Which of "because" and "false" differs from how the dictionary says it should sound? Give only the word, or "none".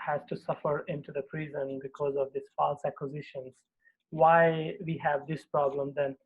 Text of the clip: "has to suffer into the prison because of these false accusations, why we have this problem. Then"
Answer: none